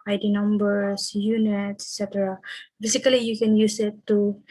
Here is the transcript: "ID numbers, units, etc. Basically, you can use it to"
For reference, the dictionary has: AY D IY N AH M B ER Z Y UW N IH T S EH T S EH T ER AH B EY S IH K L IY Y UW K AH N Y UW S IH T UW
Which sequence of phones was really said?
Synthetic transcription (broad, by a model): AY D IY N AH M B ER S Y UW N IH T S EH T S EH T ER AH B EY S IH K L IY Y UW K AH N Y UW S IH T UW